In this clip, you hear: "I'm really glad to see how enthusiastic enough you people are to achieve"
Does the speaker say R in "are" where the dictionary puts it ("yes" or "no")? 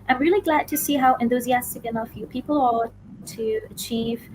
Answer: no